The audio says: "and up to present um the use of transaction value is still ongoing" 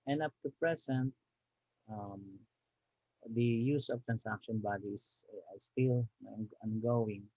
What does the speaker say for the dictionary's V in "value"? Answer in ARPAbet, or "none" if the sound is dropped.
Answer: B